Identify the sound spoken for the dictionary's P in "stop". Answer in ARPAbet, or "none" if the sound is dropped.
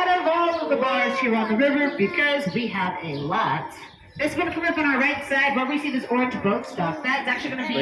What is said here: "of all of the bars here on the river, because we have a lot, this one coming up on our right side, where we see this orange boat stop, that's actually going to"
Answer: F